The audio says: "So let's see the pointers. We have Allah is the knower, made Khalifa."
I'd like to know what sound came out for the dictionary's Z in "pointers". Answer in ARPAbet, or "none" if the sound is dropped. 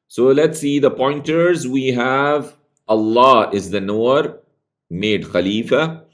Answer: Z